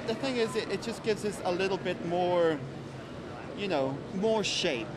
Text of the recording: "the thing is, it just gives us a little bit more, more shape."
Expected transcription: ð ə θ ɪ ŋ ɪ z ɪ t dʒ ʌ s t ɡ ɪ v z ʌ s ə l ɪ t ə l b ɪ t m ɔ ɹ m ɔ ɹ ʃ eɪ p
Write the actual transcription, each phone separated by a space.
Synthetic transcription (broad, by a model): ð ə θ ɪ ŋ ɪ z ɪ t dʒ ʌ s ɡ ɪ v z ʌ s ə l ɪ t l b ɪ t m ɔ ɹ m ɔ ɹ ʃ eɪ p